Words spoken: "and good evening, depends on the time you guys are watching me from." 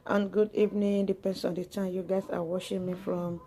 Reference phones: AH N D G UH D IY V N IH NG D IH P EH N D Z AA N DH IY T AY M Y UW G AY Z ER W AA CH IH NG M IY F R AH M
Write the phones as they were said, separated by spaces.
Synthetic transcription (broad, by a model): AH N G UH D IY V N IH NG D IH P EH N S AA N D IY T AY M Y UW G AY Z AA W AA SH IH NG M IY F R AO M